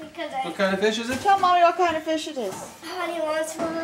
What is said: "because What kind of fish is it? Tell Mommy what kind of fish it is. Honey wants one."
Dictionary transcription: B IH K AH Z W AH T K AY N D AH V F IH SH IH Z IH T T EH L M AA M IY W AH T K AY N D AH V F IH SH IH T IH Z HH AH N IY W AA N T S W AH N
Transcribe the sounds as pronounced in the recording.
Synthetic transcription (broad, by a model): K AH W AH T K AY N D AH F IH SH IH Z IH T T EH L M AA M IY W AH T K AY N D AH F IH SH IH T IH Z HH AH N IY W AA T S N